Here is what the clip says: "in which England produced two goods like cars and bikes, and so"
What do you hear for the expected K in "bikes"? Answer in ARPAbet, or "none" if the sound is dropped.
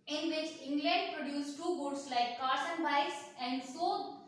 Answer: none